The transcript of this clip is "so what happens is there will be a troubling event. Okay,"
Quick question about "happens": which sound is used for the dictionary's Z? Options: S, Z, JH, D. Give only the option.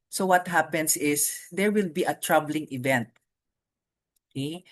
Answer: S